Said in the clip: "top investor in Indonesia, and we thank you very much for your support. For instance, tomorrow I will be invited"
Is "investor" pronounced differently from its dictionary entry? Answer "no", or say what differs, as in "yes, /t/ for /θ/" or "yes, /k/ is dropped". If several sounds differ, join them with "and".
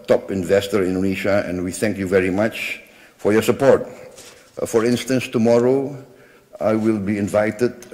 no